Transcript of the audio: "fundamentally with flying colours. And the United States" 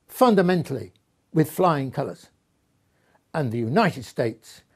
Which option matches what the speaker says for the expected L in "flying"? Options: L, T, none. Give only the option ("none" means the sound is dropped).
L